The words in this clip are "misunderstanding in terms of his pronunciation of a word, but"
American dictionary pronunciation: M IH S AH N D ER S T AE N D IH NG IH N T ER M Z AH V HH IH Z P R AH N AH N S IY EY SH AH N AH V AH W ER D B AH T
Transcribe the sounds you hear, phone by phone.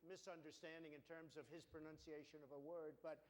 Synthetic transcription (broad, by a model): M IH S AH N D ER S T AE N D IH NG IH N T ER M Z AH V IH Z P R AH N AH N S IY EY SH AH N AH V AH W ER D B AH T